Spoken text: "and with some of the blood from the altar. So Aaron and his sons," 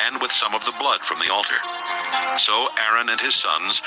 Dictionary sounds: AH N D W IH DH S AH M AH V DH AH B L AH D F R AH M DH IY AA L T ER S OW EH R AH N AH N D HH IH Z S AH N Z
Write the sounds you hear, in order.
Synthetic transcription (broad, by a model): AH N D W IH DH S AH M AH V DH AH B L AH D F R AH M DH IY AA L T ER S OW EH R AH N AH N IH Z S AH N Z